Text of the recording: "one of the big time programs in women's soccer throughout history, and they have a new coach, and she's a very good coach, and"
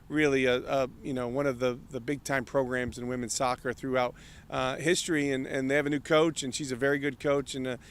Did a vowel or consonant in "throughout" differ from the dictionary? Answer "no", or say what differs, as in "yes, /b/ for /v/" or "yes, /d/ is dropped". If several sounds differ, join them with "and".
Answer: no